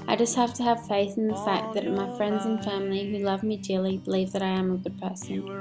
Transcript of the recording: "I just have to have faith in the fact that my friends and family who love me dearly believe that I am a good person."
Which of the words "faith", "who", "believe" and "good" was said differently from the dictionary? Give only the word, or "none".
none